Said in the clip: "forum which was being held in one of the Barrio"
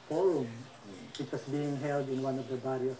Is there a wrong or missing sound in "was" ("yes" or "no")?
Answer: yes